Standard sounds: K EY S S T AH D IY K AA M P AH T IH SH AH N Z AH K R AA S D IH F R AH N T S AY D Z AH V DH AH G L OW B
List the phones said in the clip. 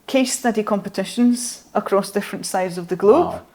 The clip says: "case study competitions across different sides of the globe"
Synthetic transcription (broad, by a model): K EY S S T AH D IY K AA M P AH T IH SH AH N Z AH K R AA S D IH F R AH N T S AY D Z AH V DH AH G L OW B